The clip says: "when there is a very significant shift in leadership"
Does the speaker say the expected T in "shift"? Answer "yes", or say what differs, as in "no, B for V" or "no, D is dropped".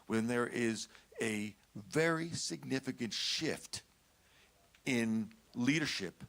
yes